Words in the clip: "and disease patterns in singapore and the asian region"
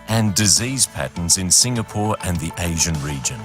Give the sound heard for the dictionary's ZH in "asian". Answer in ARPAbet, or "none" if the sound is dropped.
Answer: ZH